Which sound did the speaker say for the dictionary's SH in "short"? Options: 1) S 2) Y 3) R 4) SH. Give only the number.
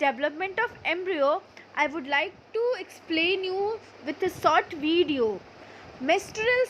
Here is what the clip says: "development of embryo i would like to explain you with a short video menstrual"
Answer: 1